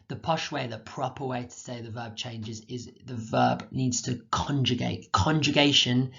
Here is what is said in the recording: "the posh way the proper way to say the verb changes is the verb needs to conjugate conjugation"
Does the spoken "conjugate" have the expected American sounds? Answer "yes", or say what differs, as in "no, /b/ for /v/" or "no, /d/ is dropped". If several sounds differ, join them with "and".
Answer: yes